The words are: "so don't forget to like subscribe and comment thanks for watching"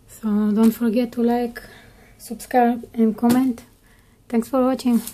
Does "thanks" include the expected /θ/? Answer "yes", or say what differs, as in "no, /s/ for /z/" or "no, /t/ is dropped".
no, /t/ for /θ/